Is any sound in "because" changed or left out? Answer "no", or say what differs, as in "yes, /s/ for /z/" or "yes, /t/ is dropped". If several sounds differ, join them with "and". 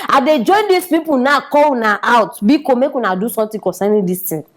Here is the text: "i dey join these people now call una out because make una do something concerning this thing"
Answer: yes, /z/ is dropped